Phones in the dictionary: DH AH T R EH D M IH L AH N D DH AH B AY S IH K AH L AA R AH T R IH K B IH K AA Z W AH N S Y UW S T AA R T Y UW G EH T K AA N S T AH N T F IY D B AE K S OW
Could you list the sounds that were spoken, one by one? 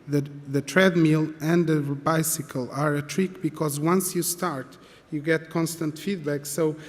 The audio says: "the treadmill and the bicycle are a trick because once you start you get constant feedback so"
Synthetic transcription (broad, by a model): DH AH T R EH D M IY L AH N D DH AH B AY S IH K AH L AA R AH T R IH K B IH K AA Z W AH N S Y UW S T AA R T Y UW G EH T K AA N S T AH N T F IY D B AE K S OW